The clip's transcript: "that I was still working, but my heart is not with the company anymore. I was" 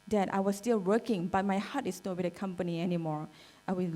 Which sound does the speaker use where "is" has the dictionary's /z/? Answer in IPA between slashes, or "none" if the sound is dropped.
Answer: /s/